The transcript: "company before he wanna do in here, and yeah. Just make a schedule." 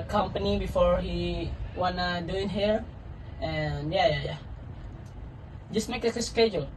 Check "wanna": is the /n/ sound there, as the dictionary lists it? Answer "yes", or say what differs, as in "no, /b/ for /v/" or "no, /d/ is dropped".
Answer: yes